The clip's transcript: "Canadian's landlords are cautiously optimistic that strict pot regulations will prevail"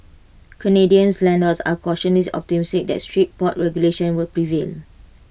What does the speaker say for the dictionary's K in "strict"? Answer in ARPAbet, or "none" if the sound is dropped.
none